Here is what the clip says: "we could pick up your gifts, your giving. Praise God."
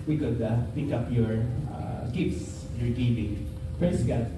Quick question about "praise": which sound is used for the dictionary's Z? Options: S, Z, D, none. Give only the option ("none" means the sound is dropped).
S